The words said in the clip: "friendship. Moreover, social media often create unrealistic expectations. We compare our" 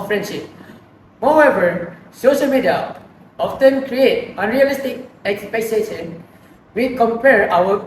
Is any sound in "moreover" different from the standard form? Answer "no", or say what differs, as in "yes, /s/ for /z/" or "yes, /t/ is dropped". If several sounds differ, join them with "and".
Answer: yes, /w/ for /ɹ/